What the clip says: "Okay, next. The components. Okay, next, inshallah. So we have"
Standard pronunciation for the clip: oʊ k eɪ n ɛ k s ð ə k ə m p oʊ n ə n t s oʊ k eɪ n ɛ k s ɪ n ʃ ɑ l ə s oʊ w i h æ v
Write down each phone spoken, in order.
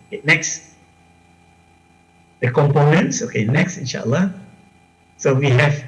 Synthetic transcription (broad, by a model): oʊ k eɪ n ɛ k s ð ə k ə m p oʊ n ə n t s oʊ k eɪ n ɛ k s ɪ n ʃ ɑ l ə s oʊ w i h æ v